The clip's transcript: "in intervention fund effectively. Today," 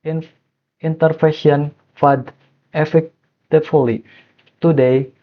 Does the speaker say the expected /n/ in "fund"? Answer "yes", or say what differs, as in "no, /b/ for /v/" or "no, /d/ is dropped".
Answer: no, /n/ is dropped